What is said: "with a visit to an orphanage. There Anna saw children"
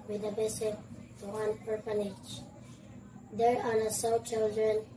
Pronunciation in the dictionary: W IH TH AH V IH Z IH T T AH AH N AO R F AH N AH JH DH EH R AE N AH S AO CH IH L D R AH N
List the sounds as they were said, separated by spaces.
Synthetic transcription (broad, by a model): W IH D AH B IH S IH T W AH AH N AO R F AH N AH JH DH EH R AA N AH S AO CH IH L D R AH N